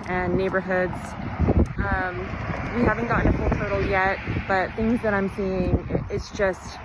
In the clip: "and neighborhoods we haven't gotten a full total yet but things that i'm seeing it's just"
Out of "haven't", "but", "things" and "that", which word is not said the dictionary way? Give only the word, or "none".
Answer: none